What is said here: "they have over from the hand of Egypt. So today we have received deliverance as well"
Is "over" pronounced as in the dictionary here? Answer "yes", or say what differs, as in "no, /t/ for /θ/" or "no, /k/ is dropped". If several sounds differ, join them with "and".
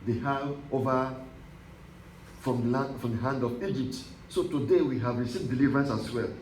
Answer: no, /f/ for /v/